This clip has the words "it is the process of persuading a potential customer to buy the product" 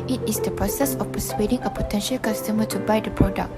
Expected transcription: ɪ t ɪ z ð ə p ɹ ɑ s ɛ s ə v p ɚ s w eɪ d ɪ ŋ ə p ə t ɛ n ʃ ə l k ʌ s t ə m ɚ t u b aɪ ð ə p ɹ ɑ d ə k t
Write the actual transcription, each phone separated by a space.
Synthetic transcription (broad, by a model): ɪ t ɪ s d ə p ɹ ɑ s ɛ s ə f p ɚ s w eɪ d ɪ ŋ ə p ə t ɛ n ʃ ə l k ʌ s t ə m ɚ t u b aɪ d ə p ɹ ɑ d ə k